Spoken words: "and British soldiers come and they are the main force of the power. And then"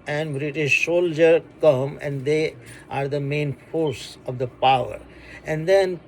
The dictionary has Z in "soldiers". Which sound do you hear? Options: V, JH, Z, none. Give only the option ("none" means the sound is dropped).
none